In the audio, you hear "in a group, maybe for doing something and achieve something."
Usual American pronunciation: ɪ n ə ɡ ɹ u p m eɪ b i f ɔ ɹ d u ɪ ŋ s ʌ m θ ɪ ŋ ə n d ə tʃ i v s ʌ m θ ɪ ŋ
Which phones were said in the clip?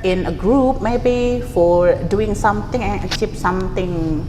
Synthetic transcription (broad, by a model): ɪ n ə ɡ ɹ u p m eɪ b i f ɔ ɹ d u ɪ ŋ s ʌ m t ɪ ŋ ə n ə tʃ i p s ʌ m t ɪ ŋ